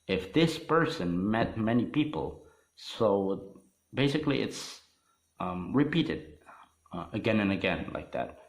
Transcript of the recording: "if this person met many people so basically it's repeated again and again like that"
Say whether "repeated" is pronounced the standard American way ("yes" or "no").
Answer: yes